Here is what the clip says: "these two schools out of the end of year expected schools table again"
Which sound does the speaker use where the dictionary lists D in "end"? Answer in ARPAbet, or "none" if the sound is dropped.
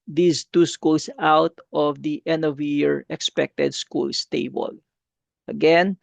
none